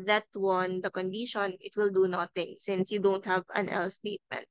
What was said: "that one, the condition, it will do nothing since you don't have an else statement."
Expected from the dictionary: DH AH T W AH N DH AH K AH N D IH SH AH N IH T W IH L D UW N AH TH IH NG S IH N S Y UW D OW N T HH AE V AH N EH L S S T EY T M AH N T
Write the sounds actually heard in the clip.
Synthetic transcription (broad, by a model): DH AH T W AH N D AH K AH N D IH SH AH N IH T W IH L D UW N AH T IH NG S IH N S Y UW D OW N T HH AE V AH N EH L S S T EY T M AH N T